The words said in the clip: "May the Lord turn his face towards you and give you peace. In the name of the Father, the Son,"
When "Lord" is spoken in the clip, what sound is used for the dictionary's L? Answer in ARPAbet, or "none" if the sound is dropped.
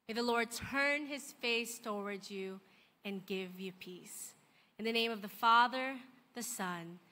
L